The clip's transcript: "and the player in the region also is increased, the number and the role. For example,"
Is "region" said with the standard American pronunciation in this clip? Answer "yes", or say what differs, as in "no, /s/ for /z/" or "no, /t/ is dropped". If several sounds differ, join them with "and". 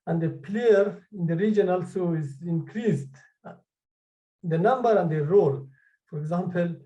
yes